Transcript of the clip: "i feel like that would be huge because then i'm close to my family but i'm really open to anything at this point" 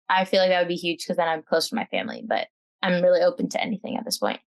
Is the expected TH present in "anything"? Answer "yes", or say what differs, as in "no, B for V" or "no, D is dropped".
yes